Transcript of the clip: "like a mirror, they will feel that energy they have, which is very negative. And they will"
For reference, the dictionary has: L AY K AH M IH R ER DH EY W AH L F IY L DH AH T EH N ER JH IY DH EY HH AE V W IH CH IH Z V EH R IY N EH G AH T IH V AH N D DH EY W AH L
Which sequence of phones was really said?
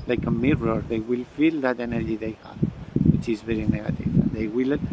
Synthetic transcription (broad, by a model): L AY K AH M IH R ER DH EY W AH L F IY L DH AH T EH N ER JH IY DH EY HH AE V W IH CH IH Z V EH R IY N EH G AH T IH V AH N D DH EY W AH L